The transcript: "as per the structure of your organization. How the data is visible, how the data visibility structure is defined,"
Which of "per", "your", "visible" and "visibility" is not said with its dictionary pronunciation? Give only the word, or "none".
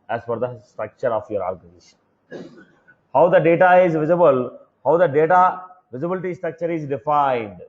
per